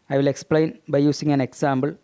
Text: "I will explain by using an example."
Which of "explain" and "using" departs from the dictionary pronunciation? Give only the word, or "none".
using